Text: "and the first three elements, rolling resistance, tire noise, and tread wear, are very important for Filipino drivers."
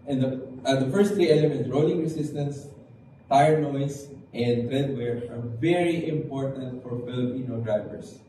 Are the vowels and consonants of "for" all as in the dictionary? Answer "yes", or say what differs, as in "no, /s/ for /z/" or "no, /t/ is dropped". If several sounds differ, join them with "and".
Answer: yes